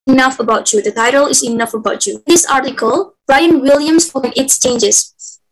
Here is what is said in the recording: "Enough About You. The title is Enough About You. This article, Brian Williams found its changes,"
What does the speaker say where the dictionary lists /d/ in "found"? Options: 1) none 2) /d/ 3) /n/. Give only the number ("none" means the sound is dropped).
1